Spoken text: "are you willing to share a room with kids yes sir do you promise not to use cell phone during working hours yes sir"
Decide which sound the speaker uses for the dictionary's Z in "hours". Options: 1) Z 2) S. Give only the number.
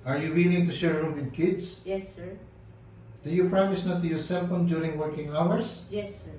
2